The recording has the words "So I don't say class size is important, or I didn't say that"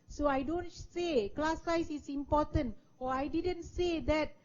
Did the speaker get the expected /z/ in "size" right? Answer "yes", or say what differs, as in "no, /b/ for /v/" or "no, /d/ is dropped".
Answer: no, /s/ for /z/